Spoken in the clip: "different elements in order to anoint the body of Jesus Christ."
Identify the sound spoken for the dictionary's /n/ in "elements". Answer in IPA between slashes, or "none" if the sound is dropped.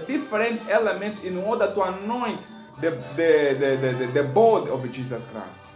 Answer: /n/